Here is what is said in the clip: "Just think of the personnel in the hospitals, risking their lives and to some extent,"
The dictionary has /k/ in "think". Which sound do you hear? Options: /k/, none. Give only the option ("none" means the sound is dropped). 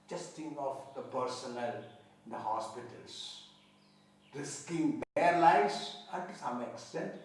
none